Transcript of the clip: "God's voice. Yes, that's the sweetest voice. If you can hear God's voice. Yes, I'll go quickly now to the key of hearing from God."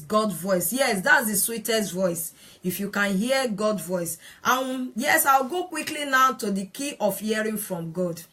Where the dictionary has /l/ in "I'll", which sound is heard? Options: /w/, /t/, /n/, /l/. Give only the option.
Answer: /w/